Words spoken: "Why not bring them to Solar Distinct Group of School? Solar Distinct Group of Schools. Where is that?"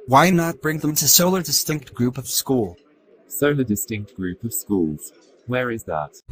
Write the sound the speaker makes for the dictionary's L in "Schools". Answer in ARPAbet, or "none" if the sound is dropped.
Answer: L